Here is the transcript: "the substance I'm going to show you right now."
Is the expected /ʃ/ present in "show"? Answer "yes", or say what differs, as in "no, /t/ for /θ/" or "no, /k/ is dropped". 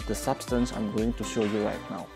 yes